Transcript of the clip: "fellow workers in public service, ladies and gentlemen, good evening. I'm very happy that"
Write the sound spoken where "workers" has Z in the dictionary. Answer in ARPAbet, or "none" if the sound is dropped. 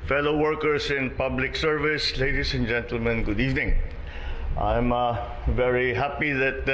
S